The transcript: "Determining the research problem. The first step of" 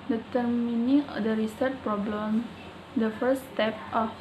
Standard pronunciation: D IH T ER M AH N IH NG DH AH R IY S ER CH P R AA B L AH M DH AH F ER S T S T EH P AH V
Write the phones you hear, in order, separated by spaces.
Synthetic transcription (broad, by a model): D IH T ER M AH N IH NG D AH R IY S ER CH P R AA B L AH M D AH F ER T S T EH P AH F